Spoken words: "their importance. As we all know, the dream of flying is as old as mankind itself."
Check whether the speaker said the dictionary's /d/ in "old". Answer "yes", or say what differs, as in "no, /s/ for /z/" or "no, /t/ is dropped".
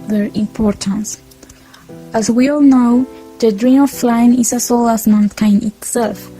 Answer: no, /d/ is dropped